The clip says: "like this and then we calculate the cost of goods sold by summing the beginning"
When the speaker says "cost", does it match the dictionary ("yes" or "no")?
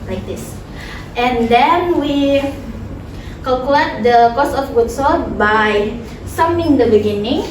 no